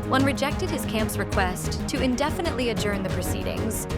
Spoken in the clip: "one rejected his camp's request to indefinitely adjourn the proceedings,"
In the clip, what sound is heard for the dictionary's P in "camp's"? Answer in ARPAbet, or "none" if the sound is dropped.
P